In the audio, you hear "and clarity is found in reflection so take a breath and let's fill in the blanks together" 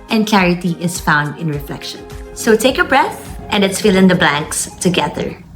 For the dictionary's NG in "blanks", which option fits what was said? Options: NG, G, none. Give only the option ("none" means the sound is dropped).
NG